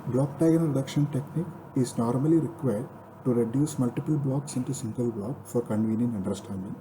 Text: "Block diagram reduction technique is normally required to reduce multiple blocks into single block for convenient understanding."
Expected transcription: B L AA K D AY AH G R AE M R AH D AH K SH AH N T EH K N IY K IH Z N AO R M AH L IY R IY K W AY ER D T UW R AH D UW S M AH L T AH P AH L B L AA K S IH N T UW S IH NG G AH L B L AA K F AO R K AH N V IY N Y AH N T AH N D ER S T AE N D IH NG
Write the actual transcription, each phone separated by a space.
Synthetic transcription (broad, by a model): B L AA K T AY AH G AH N R AH D AH K SH AH N T EH K N IY K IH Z N AO R M AH L IY R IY K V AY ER D T UW R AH D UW S M AH L T AH P AH L B L AA K S IH N T UW S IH NG G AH L B L AA K F AO R K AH N V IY N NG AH N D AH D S T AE N D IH NG